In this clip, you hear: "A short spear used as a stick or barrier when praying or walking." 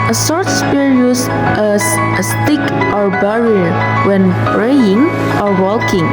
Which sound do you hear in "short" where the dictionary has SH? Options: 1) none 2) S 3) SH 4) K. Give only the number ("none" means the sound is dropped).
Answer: 2